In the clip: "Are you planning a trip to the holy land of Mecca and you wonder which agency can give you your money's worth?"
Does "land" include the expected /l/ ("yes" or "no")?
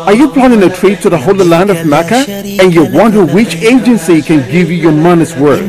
yes